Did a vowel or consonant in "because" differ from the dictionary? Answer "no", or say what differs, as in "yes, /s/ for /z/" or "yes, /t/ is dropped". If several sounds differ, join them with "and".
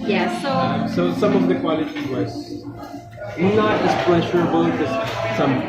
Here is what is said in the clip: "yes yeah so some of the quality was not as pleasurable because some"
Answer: yes, /k/ is dropped